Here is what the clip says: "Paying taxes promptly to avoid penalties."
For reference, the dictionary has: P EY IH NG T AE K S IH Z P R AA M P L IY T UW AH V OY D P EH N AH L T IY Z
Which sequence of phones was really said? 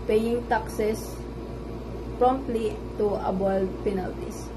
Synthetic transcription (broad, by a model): P EY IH NG T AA K S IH S P R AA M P L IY T UW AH B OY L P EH N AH L T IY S